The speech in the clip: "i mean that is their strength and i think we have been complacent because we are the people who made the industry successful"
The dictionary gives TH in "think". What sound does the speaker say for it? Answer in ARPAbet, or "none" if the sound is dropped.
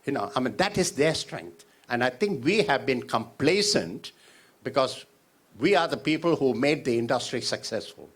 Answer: T